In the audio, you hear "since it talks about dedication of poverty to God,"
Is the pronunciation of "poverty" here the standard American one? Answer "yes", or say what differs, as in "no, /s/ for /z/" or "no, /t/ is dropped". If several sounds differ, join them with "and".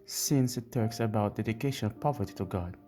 yes